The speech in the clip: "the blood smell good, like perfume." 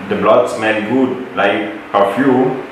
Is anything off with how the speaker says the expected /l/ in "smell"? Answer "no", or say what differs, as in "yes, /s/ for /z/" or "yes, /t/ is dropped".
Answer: yes, /n/ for /l/